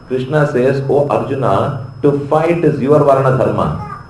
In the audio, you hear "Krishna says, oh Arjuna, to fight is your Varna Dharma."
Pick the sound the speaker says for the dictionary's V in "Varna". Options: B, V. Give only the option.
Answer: V